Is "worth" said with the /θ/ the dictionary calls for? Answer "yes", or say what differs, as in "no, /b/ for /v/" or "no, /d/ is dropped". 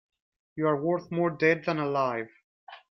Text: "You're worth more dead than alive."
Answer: yes